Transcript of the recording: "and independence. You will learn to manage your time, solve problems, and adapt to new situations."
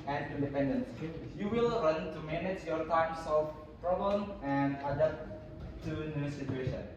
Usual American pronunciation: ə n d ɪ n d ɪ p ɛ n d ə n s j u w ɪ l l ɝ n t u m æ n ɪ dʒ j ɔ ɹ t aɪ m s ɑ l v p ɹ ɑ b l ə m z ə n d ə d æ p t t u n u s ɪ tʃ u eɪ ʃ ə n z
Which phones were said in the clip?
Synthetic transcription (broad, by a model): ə n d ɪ n d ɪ p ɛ n d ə n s j u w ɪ l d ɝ n t u m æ n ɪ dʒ j ɔ ɹ t aɪ m s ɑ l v p ɹ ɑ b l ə m ə n d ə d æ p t t u n u s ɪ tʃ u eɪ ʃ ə n